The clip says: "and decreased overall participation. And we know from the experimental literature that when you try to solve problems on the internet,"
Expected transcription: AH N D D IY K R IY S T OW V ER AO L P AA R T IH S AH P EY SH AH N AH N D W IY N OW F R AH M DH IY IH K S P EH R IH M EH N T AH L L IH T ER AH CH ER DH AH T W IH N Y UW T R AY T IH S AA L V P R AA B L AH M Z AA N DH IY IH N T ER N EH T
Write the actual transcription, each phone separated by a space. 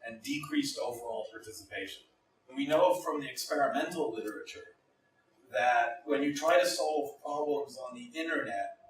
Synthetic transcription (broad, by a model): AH N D D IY K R IY S T OW V ER AO L P AA R T IH S AH P EY SH AH N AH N W IY N OW F R AH M DH IY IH K S P EH R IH M EH N T L L IH T ER AH CH ER DH AH T W IH N Y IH T R AY T IH S AA L V P R AA B L AH M Z N DH IY IH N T ER N EH T